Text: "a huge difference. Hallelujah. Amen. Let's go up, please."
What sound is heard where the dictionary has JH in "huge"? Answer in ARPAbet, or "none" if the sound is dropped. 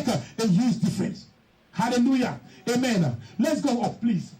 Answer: Z